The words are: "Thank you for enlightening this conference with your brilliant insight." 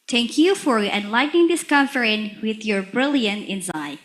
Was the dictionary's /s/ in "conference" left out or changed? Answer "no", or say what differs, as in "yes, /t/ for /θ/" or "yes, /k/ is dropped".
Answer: yes, /s/ is dropped